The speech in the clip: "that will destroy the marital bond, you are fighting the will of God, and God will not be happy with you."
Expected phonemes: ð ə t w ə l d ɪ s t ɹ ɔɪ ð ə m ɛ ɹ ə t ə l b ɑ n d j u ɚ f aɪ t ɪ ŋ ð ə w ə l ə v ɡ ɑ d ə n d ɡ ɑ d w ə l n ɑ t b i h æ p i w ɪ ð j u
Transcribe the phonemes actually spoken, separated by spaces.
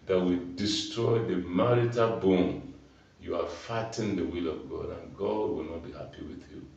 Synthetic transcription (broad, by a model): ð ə t w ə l d ɪ s t ɹ ɔɪ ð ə m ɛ ɹ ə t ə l b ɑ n j u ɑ f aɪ t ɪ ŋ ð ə w ə l ə v ɡ ɑ d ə n ɡ ɑ d w ə l n ɑ t b i h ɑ p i w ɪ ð j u